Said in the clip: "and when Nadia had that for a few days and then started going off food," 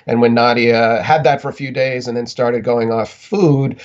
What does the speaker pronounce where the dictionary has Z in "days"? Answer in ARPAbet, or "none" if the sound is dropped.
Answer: Z